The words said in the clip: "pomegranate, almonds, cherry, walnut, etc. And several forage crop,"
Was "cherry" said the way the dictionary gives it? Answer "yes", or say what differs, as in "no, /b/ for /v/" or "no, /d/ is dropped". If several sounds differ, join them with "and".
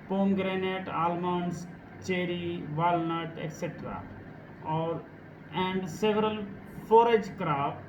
yes